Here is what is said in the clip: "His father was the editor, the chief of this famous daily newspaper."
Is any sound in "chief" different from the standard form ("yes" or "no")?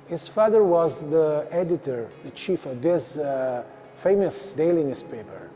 no